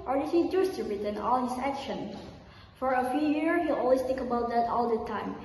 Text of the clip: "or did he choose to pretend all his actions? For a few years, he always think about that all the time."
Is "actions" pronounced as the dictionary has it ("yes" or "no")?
no